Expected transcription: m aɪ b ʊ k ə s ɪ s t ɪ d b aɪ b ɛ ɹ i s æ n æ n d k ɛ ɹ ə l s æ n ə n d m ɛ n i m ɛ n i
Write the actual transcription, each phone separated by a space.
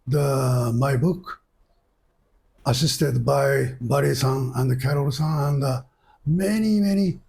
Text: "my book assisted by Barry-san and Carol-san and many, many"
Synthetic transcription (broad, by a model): m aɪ b ʊ k ə s ɪ s t ɪ d b aɪ b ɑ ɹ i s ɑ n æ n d k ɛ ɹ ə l s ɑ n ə n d m ɛ n i m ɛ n i